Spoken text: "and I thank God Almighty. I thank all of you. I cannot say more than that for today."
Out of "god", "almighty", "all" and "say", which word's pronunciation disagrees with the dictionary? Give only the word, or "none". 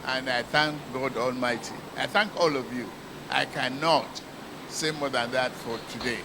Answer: none